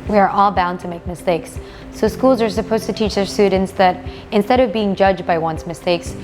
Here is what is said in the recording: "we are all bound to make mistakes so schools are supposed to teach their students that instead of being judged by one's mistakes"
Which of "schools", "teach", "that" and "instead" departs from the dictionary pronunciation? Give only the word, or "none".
none